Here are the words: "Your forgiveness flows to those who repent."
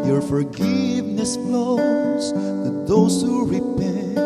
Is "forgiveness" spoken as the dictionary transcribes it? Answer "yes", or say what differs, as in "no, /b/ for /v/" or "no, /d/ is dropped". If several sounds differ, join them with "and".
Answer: yes